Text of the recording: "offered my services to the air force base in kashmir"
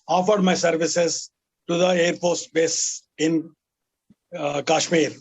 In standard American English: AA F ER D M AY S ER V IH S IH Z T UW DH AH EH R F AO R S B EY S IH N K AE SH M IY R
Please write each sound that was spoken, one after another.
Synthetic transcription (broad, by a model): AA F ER D M AY S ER V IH S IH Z T UW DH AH EH R P AO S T B EY S IH N K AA SH M IY R